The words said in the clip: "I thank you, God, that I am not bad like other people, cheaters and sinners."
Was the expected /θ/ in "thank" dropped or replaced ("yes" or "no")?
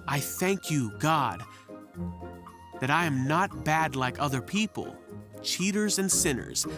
no